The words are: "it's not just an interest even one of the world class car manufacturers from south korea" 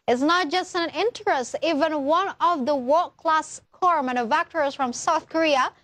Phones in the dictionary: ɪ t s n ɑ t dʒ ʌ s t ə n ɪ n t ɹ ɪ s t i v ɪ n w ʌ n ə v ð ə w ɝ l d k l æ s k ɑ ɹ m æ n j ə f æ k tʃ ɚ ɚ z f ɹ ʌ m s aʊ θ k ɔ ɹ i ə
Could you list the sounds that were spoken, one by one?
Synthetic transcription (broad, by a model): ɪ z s n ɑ t dʒ ʌ s t ə n ɪ n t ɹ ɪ s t i v ɪ n w ʌ n ə v ð ə w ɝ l k l æ s k ɑ ɹ m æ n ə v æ k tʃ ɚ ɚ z f ɹ ʌ m s aʊ θ k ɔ ɹ i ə